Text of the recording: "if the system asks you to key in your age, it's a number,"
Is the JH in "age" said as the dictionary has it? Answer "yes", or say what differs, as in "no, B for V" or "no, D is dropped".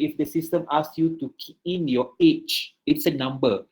no, CH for JH